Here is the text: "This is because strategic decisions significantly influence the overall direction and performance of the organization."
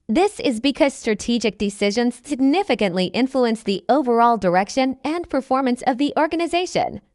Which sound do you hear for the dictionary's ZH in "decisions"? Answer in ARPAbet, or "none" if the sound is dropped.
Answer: ZH